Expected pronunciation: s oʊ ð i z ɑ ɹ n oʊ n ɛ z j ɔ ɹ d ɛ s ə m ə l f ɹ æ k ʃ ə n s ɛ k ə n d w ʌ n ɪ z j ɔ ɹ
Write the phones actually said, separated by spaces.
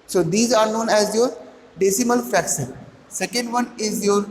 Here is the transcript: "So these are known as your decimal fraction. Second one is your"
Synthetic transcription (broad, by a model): s oʊ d i z ɑ ɹ n oʊ n ɛ z j ɔ ɹ d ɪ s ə m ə l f æ k s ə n s ɛ k ə n d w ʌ n ɪ z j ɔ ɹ